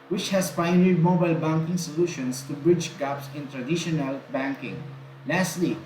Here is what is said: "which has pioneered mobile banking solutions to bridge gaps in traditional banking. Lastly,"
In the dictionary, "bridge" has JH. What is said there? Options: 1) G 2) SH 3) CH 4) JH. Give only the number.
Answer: 4